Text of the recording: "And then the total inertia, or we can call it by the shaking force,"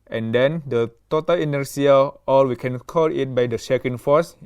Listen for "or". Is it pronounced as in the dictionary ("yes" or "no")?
no